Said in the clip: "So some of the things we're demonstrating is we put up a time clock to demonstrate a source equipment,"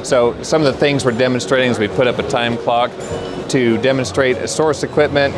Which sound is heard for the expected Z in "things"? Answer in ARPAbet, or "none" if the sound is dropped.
Z